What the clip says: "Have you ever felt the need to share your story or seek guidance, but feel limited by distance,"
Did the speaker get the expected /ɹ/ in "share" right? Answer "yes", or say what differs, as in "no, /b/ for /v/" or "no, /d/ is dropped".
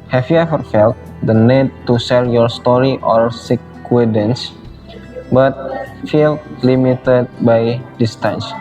no, /l/ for /ɹ/